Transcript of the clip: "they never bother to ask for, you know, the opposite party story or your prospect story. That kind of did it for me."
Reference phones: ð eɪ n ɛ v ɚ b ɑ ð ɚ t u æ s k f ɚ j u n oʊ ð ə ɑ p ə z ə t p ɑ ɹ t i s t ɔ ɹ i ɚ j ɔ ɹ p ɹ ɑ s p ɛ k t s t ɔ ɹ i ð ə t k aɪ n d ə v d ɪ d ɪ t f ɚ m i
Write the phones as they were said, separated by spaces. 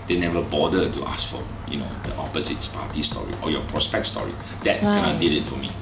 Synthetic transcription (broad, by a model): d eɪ n ɛ v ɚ b ɑ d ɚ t u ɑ s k f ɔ j u n oʊ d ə ɑ p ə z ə t p ɑ t i s t ɔ ɹ i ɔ j ɔ p ɹ ɑ s p ɛ k t s t ɔ ɹ i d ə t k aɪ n ə d ɪ d ɪ t f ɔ m i